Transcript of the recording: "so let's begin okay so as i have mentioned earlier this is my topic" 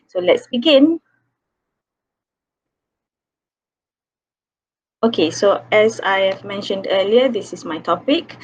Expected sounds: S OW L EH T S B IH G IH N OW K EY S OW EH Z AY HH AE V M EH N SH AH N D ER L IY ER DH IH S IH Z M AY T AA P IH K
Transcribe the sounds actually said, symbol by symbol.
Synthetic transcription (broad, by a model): S OW L EH T S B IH G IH N OW K EY S OW EH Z AY HH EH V M EH N SH AH N D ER L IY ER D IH S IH S M AY T AA P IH K